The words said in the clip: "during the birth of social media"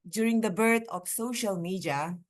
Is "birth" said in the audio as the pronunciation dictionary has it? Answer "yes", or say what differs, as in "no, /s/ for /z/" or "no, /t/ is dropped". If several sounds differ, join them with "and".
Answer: no, /t/ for /θ/